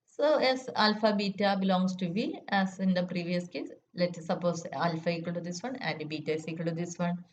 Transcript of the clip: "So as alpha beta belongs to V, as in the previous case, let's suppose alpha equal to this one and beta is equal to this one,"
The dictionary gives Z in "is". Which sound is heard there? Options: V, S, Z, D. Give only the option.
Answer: S